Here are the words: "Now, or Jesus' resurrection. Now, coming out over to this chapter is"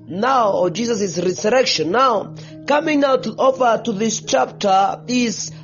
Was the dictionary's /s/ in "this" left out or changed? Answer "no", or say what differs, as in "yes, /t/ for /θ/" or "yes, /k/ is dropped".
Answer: no